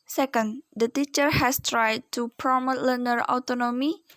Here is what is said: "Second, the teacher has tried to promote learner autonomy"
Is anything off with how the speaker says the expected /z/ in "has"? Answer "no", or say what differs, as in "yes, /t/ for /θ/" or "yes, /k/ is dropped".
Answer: yes, /s/ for /z/